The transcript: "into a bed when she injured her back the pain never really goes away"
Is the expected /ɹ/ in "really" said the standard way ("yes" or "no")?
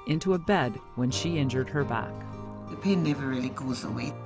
yes